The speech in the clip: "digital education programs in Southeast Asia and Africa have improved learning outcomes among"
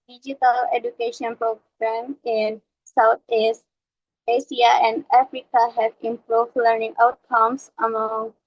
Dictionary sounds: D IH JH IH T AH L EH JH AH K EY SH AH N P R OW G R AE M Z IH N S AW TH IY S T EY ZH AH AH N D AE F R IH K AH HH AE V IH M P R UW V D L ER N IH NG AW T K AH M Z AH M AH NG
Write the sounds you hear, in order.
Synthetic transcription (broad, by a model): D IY JH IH T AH L EH JH AH K EY SH AH N P R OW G R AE M IH N S AW T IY S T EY S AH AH N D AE F R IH K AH HH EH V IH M P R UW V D L ER N IH NG AW T K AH M S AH M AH NG